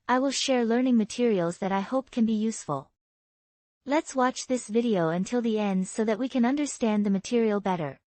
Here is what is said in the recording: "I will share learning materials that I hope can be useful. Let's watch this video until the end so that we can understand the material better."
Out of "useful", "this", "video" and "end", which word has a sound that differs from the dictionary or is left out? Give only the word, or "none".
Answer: none